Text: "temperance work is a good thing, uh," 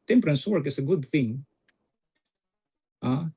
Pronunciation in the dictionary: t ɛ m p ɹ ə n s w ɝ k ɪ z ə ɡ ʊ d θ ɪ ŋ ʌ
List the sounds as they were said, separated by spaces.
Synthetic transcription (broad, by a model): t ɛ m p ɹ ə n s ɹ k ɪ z ə ɡ ʊ d θ ɪ ŋ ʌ